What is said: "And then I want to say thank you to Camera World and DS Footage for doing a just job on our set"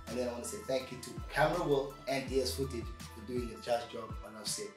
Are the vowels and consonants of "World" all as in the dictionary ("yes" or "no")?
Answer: no